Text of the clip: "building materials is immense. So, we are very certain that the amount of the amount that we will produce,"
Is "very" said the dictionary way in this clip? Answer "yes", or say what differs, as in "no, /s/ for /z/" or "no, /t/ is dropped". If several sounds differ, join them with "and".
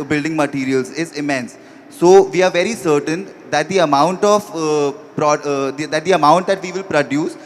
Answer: yes